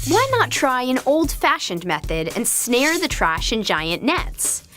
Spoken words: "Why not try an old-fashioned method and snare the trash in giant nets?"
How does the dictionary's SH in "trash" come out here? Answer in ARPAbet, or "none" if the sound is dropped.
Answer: SH